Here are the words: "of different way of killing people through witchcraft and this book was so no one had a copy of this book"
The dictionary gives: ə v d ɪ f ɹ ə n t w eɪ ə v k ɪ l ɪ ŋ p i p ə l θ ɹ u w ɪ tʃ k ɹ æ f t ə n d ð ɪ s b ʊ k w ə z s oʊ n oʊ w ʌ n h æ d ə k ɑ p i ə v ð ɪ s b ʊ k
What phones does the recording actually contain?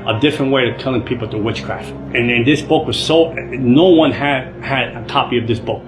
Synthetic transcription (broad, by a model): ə d ɪ f ɹ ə n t w eɪ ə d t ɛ l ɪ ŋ p i p l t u w ɪ tʃ k ɹ æ f t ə n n ð ɪ s b ʊ k w ə z s oʊ n oʊ w ʌ n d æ d ə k ɑ p i ə v ð ɪ s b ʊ k